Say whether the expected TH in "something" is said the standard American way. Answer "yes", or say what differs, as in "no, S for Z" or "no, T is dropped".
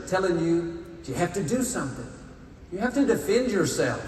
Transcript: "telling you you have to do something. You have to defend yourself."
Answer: yes